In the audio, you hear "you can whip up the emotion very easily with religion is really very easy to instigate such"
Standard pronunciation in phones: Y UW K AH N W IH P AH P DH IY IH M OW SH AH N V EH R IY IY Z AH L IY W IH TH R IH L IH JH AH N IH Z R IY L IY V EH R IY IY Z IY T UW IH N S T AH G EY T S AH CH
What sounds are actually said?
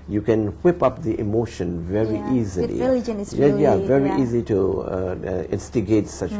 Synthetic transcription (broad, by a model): Y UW K AH N W IH P AH P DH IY IH M OW SH AH N V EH R IY IY Z AH L IY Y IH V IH R IY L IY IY IY Z IY T UW IH N S T AH G EY T S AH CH